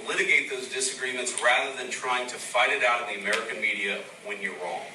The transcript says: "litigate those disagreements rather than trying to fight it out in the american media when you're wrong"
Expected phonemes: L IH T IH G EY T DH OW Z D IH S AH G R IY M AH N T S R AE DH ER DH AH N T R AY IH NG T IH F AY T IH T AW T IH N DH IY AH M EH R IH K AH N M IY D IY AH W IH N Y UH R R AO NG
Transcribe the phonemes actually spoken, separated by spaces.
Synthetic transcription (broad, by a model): L IH T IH G EY T DH OW Z D IH S AH G R IY M AH N T S R AE DH ER DH AH N T R AY IH NG T IH F AY T IH T AW T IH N DH IY AH M EH R IH K AH N M IY D IY AH W IH N Y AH R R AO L